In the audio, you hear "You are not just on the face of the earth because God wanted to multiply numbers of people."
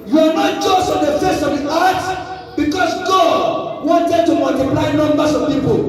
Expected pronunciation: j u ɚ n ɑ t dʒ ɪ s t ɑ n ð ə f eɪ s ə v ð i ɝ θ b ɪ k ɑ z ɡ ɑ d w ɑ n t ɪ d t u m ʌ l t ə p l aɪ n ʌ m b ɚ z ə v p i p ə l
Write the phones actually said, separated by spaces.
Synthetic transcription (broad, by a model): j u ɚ n ɑ t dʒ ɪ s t ɑ n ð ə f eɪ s ə v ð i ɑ t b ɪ k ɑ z ɡ ɑ d w ɑ n t ɪ d t u m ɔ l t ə p l aɪ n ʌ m b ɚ s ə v p i p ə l